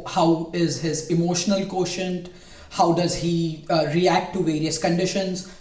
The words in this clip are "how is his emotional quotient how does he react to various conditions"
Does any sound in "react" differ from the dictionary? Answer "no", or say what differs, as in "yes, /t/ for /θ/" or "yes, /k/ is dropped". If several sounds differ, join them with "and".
no